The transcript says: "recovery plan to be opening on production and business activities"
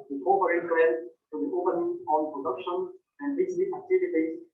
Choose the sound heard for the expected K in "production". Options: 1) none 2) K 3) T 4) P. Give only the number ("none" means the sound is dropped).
2